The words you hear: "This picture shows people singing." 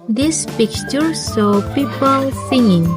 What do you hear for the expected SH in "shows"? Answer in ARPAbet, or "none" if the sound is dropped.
S